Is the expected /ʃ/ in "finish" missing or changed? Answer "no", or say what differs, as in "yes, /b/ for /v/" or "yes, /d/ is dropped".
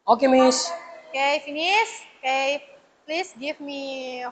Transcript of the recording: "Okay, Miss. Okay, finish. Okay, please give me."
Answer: yes, /s/ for /ʃ/